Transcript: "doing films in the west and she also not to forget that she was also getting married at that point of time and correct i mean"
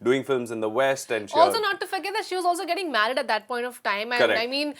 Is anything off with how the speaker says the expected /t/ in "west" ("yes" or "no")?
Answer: no